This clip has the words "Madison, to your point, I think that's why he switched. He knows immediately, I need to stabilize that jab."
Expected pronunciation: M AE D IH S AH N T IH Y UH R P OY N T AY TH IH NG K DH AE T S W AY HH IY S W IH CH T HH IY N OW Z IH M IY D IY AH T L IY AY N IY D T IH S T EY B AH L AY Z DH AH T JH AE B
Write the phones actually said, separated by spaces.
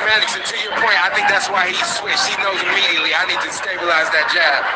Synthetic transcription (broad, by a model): M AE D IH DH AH T IH Y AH R P OY N T AY TH IH NG K DH AE T S W AY HH IY S W IH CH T HH IY N OW Z IH M IY D IY AH T L IY AY N IY D T IH S T EY B AH L AY Z DH AH T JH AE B